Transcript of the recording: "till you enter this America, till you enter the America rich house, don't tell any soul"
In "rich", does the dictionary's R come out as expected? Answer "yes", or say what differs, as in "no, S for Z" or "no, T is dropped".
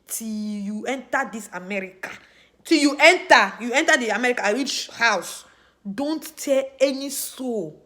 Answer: no, W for R